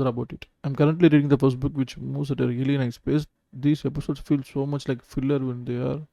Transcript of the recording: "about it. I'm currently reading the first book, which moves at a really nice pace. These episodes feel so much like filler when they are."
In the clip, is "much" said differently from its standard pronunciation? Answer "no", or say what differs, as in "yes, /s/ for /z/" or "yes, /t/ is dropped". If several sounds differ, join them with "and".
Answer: no